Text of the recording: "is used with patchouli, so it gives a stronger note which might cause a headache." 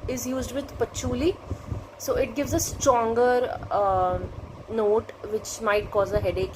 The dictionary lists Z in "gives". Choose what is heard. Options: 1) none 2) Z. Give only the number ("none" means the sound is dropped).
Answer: 2